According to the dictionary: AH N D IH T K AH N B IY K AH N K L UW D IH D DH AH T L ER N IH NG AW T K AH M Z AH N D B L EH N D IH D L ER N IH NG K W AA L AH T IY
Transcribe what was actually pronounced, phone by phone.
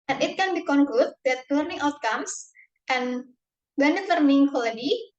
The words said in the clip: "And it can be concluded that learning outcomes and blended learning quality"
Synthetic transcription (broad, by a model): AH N IH T K AH N B IY K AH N K L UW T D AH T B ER N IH NG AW T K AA M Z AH N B EH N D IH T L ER N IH NG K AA L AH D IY